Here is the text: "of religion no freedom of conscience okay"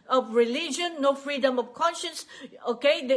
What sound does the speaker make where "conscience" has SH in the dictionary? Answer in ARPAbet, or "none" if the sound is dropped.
SH